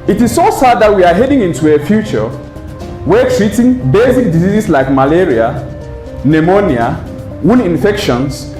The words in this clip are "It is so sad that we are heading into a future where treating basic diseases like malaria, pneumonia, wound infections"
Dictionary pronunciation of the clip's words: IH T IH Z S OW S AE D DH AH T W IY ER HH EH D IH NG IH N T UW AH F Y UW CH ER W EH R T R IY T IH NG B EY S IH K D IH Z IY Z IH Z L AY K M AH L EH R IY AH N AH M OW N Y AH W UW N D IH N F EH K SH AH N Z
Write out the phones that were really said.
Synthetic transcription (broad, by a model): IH T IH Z S OW S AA D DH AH T W IY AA HH EH D IH NG IH N T UW AH F Y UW CH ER W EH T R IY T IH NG B EY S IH K D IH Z IY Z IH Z L AY K M AH L EH R IY AH N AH M OW N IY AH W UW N IH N F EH K SH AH N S